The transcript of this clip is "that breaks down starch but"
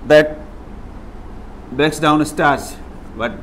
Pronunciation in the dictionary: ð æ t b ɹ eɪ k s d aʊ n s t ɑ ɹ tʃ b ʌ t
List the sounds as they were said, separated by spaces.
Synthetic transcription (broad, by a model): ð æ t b eɪ k s d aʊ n s t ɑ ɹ s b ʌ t